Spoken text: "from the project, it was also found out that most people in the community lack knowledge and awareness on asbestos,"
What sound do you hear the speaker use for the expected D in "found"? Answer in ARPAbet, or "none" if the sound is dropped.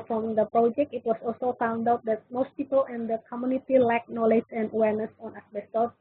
D